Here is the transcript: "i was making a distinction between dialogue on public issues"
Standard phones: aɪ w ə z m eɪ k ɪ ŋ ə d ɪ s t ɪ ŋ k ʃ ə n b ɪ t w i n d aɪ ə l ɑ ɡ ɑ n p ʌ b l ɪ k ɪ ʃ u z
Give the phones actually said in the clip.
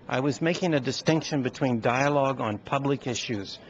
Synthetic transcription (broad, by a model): aɪ w ə z m eɪ k ɪ ŋ ə d ɪ s t ɪ ŋ k ʃ ə n b ɪ t w i n d aɪ ə l ɑ ɡ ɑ n p ʌ b l ɪ k ɪ ʃ u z